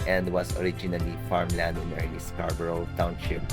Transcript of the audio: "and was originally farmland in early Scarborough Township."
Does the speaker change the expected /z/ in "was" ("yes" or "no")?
yes